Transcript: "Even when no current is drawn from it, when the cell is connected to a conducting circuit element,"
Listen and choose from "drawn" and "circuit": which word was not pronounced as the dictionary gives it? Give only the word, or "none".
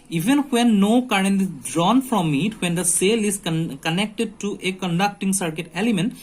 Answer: none